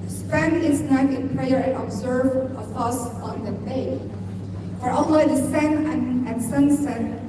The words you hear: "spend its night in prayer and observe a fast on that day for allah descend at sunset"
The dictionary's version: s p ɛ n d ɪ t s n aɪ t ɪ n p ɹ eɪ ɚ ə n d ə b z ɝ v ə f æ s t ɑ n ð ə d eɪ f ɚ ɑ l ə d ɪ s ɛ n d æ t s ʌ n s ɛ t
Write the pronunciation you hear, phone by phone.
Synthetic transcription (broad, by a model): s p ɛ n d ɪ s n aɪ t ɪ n p ɹ eɪ ɚ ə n ə b z ɝ v ə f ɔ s ɑ n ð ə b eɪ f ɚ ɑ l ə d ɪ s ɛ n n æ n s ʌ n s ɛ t